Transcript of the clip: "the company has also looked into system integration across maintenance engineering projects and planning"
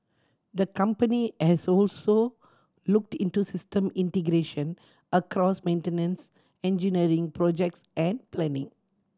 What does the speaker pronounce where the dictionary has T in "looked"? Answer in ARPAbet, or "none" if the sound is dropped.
T